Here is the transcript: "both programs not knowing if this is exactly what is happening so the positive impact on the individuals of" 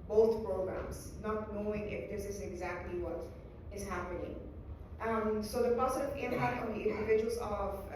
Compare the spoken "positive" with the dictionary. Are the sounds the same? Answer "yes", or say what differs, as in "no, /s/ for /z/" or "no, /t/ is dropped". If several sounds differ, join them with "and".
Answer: no, /s/ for /t/